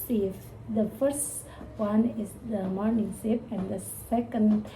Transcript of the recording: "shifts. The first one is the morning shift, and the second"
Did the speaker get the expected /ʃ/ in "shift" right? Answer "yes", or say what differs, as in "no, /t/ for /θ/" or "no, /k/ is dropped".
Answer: no, /s/ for /ʃ/